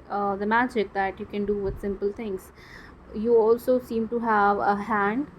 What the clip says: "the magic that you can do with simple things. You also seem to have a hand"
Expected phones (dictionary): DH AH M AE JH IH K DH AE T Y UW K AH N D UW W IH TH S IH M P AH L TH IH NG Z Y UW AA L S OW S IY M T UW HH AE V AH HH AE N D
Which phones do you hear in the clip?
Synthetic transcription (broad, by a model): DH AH M AE JH IH K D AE T Y UW K AH N D UW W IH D S IH M P AH L T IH NG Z Y UW AA L S OW S IY M T UW HH AE V AH HH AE N D